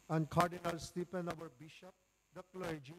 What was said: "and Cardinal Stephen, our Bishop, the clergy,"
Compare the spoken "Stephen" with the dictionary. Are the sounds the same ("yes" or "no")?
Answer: no